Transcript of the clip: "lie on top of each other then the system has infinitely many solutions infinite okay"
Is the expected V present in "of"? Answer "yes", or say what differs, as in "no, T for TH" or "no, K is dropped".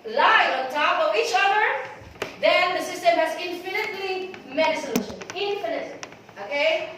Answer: yes